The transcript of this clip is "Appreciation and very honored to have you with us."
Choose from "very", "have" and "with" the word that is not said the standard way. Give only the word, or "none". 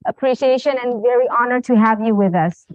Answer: none